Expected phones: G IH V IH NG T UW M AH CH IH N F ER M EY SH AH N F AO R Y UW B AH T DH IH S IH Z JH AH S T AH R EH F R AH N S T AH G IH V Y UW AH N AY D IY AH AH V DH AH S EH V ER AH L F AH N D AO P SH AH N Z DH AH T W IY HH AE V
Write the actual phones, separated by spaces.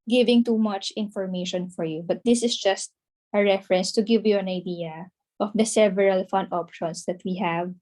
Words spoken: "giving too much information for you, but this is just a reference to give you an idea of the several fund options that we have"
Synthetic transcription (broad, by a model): G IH V IH NG T UW M AH CH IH N F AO M EY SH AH N F AO R Y UW B AH T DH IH S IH S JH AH S T AH R EH F R AH N S T AH G IH V Y UW AH N AY D IY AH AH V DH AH S EH V ER AH L F AH N D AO P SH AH N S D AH T W IY HH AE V